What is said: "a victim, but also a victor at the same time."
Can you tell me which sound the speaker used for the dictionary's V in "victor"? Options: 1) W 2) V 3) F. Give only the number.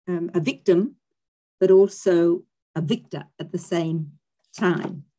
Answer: 2